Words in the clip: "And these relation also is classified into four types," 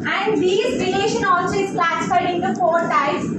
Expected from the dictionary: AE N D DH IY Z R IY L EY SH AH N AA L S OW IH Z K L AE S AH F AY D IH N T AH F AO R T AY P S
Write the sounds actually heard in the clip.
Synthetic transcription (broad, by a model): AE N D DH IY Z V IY N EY SH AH N AA L S OW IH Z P L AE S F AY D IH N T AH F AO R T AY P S